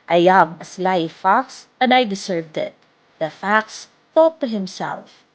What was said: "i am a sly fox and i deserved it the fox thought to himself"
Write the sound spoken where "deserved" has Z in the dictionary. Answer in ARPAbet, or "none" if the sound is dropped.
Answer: S